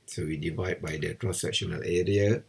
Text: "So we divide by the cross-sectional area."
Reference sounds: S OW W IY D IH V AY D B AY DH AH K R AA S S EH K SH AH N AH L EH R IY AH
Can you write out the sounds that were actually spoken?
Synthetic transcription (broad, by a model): S OW W IY D IH V AY D B AY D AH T R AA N S EH K SH AH N AH L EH R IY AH